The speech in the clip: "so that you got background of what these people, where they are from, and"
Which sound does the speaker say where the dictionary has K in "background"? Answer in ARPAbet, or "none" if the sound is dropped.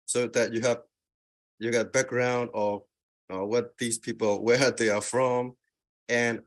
K